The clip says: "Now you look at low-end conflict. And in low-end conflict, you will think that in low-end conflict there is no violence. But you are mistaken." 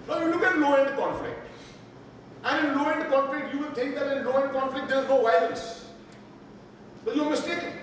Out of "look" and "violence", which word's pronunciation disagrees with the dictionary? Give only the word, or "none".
violence